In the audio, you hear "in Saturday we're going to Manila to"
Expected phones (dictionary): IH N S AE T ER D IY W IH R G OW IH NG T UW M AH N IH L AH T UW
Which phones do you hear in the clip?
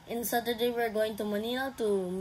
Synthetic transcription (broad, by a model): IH N S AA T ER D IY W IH R G OW IH NG T UW M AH N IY N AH T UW